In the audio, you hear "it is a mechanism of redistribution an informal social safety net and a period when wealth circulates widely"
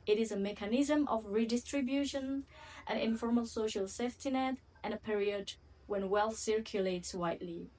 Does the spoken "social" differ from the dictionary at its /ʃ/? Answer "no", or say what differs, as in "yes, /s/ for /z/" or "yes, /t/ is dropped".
no